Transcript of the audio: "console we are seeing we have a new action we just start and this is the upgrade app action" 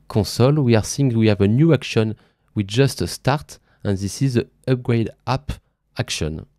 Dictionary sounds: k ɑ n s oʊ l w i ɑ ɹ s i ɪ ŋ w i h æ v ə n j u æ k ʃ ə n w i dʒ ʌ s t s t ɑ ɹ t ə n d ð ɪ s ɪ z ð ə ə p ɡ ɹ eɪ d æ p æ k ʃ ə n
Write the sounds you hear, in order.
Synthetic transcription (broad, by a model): k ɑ s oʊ l w i ɑ ɹ s i ɪ ŋ w i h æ v ə n j u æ k ʃ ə n w i dʒ ʌ s t s t ɑ ɹ t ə n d ð ɪ s ɪ z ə ə p ɡ ɹ eɪ d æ p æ k ʃ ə n